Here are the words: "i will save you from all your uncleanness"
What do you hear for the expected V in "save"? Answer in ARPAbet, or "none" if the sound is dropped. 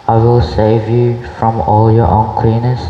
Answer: V